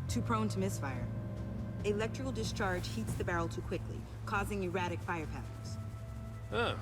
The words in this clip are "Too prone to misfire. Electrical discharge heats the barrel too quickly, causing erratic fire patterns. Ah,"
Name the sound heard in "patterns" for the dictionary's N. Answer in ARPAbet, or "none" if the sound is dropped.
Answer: none